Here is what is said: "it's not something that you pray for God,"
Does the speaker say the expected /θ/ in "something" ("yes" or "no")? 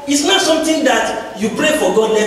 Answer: no